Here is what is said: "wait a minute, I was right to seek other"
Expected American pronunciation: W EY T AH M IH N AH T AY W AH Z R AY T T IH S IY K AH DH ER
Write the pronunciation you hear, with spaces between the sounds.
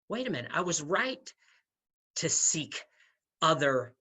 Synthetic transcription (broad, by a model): W EY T AH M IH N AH IH W AH Z R AY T T IH S IY K AH DH ER